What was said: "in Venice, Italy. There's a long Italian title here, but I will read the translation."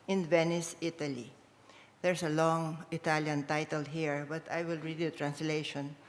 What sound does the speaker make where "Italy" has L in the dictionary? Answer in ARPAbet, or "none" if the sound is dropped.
L